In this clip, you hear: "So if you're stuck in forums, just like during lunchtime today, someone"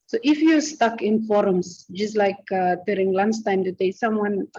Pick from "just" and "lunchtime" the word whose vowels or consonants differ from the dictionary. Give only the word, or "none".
lunchtime